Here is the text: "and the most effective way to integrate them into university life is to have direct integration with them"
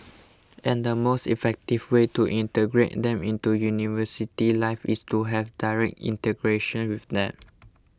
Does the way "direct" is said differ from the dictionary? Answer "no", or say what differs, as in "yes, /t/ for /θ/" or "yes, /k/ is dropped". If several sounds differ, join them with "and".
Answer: no